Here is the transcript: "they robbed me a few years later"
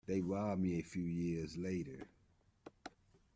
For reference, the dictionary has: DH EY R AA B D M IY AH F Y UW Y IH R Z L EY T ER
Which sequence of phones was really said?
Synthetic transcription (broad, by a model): DH EY W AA M IY AH F Y UW Y IH R Z L EY T ER